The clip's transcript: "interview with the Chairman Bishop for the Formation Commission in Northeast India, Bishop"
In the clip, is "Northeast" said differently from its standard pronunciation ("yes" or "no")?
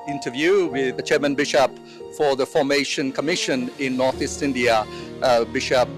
no